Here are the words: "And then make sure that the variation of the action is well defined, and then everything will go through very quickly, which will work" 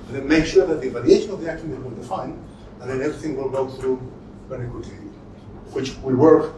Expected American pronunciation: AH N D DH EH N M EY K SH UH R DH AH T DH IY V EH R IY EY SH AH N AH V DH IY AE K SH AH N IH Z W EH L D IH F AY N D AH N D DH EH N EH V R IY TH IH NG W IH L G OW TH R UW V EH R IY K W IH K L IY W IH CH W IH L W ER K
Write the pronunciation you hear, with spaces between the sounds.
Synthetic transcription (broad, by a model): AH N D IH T M EY K SH UH R DH AH T DH IY V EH L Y EY SH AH N AH V DH IY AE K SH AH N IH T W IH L D IH F AY N D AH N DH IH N EH V R IY TH IH NG W IH L G OW TH R UW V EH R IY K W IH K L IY W IH CH W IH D W ER K